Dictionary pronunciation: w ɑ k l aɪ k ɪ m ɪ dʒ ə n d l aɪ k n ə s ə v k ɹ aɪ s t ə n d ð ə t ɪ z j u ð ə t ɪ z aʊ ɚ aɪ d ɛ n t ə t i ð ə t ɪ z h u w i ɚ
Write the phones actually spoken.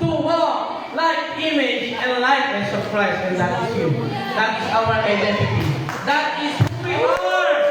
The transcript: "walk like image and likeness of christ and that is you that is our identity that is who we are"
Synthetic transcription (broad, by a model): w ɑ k l aɪ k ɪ m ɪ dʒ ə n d l aɪ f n s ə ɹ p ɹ aɪ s ə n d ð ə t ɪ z j u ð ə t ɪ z aʊ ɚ aɪ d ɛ n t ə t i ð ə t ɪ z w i